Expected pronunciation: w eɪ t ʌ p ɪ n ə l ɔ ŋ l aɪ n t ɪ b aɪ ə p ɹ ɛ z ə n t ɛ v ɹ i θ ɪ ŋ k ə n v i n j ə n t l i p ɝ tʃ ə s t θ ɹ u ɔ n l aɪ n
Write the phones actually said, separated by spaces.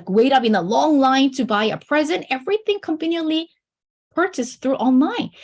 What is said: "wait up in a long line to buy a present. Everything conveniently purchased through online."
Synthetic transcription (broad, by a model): w eɪ t ʌ p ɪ n ə l ɔ ŋ l aɪ n t ɪ b aɪ ə p ɹ ɛ z ə n t ɛ v ɹ i θ ɪ ŋ k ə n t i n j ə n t l i p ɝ tʃ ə s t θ ɹ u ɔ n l aɪ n